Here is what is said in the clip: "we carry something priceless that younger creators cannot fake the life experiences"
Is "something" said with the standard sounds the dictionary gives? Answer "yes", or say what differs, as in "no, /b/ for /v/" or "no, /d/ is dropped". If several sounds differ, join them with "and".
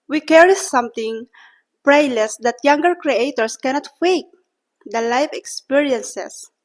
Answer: no, /t/ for /θ/